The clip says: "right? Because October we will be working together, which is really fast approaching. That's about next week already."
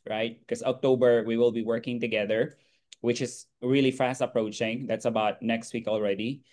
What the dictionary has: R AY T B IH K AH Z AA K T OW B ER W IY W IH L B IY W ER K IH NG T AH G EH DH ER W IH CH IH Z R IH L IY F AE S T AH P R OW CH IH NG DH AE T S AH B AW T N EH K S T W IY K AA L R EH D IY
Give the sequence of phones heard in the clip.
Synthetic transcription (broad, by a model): R AY T K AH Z AA K T OW B ER W IY W IH L B IY W ER K IH NG T AH G EH DH ER W IH CH IH Z R IH L IY F AE S T AH P R OW CH IH NG DH AE T S AH B AW T N EH K S T W IY K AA L R EH D IY